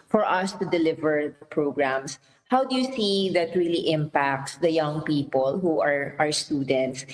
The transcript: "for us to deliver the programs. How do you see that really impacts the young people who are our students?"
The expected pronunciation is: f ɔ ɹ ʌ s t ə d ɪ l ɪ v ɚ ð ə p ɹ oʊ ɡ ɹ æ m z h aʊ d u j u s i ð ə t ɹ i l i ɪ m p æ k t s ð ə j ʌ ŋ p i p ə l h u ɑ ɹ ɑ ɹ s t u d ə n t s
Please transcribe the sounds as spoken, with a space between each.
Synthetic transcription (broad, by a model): f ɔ ɹ ʌ s t ə d ɪ l ɪ v ɚ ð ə p ɹ oʊ ɡ ɹ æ m s h aʊ d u j u s i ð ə t ɹ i l i ɪ m p æ k t s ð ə j ʌ ŋ p i p ə l h u ɑ ɹ ɑ ɹ s t u d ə n t s